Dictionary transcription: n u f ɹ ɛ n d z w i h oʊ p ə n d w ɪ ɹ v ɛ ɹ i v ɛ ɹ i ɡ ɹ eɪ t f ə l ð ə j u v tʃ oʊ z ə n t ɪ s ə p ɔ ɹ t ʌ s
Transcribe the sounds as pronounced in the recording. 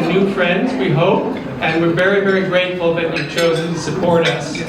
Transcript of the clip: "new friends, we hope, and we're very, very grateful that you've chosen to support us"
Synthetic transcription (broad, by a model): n u f ɹ ɛ n d z w i h oʊ p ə n w ɪ ɹ v ɛ ɹ i v ɛ ɹ i ɡ ɹ eɪ t f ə l ð ə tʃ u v tʃ oʊ z ə n t ɪ s ə p ɔ ɹ t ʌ s